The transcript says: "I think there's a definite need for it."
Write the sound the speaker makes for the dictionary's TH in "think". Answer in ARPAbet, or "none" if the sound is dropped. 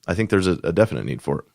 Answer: TH